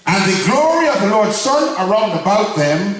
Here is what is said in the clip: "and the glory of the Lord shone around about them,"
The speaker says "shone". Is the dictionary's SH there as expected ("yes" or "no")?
no